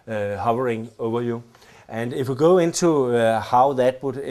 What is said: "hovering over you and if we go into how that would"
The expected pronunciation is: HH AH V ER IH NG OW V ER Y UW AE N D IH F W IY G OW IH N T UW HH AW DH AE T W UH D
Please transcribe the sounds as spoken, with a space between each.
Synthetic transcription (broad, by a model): HH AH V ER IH NG OW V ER Y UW AE N D IH F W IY G OW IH N S UW HH AW DH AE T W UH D